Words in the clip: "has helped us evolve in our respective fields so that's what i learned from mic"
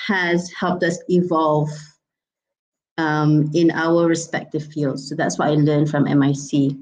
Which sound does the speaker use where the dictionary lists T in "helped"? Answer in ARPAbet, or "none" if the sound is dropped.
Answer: T